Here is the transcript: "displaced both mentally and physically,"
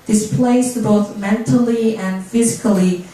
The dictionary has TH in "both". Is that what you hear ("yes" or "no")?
yes